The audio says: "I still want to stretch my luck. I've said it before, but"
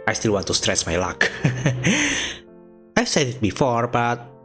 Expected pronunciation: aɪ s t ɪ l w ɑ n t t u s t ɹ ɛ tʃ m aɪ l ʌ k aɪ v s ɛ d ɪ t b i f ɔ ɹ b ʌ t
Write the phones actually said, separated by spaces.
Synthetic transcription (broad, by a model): aɪ s t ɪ l w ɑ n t t u s t ɹ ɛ s m aɪ l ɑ k aɪ s ɛ d ɪ t b i f ɔ ɹ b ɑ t